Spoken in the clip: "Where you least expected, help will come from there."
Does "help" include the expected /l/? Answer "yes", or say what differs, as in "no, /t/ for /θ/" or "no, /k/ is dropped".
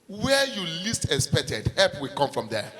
no, /l/ is dropped